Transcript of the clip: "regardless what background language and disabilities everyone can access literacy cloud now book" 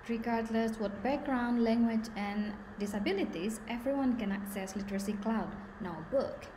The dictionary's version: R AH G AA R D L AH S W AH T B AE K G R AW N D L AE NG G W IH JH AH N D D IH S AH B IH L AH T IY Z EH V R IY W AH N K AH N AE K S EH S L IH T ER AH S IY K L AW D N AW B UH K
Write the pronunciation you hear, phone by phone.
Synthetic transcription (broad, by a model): R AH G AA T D L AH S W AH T B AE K G R AW N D L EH NG G W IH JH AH N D D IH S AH B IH L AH T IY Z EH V R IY W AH N K AH N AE K S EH S L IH T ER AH S IY K L AW D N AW B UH K